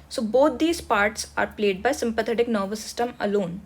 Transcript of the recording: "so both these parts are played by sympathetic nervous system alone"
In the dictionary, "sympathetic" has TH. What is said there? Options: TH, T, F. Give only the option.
T